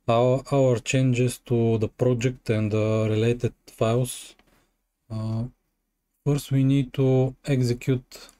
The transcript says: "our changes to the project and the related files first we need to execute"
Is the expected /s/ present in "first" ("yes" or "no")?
yes